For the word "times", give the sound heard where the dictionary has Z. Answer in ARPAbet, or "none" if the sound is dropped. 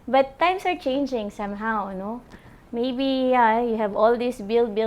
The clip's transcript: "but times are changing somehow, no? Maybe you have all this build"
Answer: S